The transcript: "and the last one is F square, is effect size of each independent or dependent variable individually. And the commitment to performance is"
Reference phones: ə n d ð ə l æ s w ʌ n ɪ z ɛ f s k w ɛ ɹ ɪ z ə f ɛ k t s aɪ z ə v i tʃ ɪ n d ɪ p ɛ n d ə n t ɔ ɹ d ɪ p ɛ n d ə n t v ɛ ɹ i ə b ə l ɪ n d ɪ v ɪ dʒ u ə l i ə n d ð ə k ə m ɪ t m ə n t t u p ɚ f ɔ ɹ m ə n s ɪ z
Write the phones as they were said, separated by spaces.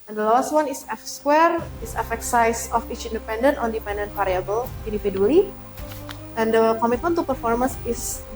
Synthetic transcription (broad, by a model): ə n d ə l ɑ s w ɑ n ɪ s ɛ f s k w ɛ ɹ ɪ s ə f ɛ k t s aɪ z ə f i tʃ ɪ n d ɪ p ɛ n d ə n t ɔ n d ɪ p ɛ n d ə n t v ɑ ɹ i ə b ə l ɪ n d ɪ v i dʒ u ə l i ə n d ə k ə m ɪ t m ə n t t u p ɚ f ɔ ɹ m ə n s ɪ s